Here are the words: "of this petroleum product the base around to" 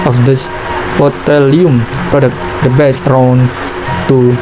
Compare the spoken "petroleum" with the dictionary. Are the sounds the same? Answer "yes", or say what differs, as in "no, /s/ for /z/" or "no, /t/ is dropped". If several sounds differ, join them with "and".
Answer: no, /ɹ/ is dropped